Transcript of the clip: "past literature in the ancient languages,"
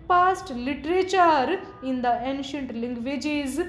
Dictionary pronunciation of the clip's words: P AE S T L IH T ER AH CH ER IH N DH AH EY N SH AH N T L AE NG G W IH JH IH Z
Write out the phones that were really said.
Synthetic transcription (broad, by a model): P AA S T L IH T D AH CH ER IH N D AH EY N SH AH N T L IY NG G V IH JH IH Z